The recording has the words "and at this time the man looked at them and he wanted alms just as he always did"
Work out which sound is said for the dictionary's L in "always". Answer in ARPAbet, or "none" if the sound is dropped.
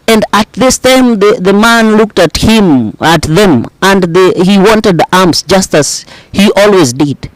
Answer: L